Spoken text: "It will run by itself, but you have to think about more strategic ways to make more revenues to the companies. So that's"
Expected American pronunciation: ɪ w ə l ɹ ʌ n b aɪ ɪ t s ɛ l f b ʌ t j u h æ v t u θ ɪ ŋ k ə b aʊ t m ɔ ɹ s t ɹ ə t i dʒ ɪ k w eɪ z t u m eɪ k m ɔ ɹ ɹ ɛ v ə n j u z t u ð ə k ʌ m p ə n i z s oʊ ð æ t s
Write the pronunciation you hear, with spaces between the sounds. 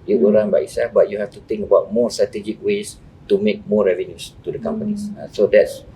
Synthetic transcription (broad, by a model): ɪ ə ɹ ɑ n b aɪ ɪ s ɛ f b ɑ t j u h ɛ f t u t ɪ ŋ k ə b aʊ t m ɔ s t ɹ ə t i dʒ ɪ k w eɪ s t u m eɪ k m ɔ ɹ ɹ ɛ v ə n j u s t u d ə k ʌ m p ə n i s s oʊ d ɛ t s